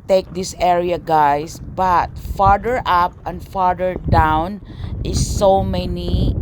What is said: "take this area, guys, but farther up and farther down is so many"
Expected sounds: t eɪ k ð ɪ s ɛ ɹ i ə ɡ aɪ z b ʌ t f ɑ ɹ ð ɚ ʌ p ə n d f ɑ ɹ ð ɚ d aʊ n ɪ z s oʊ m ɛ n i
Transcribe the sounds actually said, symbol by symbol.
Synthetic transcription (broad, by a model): t eɪ k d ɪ s ɛ ɹ i ə ɡ aɪ s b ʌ t f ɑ ɹ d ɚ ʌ p ə n d f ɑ ɹ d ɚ d aʊ n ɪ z s oʊ m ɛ n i